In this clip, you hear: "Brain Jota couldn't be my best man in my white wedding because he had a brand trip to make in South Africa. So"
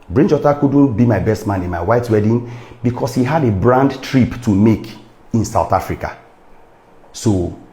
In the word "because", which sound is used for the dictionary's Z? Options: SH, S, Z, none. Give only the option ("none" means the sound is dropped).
S